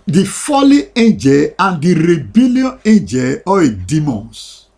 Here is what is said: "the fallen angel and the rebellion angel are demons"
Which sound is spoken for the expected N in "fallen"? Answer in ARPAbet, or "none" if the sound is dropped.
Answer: none